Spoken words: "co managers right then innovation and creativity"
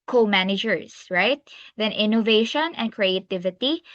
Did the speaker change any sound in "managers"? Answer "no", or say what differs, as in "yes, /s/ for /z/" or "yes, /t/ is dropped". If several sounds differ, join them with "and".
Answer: yes, /s/ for /z/